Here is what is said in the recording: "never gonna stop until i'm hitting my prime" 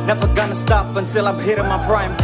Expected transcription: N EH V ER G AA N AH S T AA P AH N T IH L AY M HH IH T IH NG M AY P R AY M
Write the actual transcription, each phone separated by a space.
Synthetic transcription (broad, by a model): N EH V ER G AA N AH S T AA P AH N T IH L AY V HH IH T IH M AY P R AY M